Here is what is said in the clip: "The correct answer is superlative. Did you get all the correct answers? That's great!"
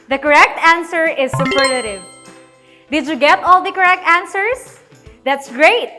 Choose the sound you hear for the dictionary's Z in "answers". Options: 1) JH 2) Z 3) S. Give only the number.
3